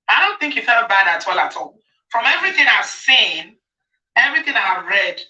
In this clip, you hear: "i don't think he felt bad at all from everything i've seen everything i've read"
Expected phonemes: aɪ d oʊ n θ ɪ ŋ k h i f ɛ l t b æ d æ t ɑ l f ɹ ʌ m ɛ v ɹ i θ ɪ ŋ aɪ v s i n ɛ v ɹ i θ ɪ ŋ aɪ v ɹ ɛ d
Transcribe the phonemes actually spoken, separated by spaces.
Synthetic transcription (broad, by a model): aɪ d oʊ n θ ɪ ŋ k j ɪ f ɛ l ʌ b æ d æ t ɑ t f ɹ ʌ m ɛ v ɹ i θ ɪ ŋ aɪ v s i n ɛ v ɹ i θ ɪ ŋ aɪ v ɹ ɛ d